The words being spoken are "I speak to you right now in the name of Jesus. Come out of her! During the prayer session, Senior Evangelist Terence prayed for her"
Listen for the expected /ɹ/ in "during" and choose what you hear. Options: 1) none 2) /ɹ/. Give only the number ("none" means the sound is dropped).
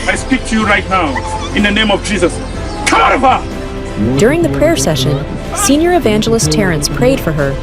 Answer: 2